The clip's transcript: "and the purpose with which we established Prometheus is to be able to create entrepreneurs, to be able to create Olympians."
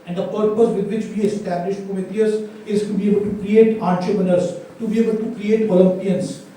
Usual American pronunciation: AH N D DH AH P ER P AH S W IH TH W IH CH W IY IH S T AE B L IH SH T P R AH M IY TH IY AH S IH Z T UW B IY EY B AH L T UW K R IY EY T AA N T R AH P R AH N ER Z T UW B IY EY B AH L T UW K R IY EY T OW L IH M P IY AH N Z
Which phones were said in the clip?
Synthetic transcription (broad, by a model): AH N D AH P ER P AH S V IH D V IH CH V IY IH S T AE B L IH SH T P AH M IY T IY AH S IH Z T UW B IY EY B AH L T UW K R IY EY T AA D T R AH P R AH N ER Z T UW B IY EY B AH L T UW K R IY EY T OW L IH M P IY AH N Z